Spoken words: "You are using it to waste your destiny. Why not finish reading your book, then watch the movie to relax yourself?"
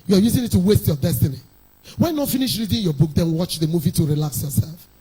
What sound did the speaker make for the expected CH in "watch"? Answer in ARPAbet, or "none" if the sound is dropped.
CH